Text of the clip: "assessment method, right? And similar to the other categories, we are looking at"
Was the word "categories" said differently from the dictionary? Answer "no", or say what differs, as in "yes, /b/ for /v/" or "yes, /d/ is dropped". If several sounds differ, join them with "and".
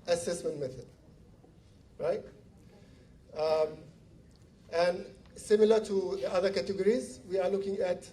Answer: no